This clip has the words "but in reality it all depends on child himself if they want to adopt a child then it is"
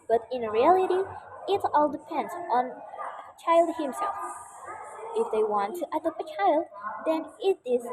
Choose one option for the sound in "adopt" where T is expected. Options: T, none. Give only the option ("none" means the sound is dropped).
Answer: none